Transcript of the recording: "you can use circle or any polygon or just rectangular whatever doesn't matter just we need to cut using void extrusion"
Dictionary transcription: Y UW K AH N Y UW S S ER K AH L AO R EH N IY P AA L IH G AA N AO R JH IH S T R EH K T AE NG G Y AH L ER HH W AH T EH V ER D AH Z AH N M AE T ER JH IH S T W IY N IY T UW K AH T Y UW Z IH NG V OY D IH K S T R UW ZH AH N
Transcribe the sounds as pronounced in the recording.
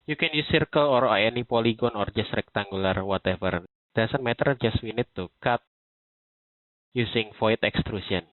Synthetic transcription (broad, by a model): Y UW K AH N Y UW S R K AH L AO R EH N IY P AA L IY G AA N AO R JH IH S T R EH K T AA NG G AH L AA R W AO T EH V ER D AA S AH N M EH T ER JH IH S W IY N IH T UW K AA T Y UW S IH NG F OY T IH K S T R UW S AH N